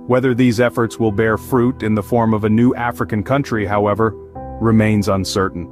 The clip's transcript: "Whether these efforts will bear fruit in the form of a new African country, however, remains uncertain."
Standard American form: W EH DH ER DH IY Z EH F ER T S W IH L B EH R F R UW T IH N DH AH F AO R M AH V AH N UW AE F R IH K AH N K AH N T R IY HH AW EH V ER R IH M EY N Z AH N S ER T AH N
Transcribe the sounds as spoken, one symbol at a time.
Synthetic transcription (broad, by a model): W EH DH ER DH IY Z EH F ER T S W IH L B EH R F R UW T IH N DH AH F AO R M AH V AH N UW AE F R IH K AH N K AH N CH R IY HH AW EH V ER R IH M EY N Z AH N S ER T N